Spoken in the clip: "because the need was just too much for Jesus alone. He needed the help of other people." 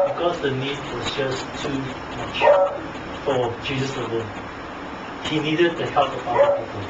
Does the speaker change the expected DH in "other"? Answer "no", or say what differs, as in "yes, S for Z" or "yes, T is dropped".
yes, DH is dropped